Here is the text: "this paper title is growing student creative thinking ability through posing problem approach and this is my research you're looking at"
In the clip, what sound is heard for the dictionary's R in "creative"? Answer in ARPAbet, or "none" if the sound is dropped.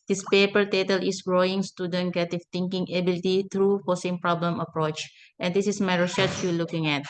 none